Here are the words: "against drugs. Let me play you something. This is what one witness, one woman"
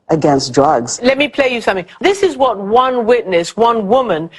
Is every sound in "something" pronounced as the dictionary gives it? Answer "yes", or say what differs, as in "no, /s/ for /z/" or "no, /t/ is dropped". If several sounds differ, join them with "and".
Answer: yes